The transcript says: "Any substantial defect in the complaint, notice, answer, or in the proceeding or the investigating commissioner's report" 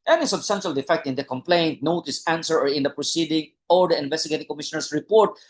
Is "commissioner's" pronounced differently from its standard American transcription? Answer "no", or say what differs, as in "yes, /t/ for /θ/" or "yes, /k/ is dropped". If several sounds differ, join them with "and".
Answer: yes, /s/ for /z/